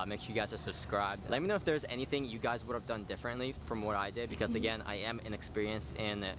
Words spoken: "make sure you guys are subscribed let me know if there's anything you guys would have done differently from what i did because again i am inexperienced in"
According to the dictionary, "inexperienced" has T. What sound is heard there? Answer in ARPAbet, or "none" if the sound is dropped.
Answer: T